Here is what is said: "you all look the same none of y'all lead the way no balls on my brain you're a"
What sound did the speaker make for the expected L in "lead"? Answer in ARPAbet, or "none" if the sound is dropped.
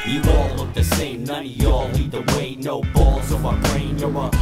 N